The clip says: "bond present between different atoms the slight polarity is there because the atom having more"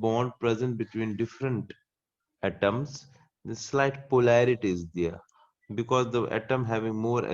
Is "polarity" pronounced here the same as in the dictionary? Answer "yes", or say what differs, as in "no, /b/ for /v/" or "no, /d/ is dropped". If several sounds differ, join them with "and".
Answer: yes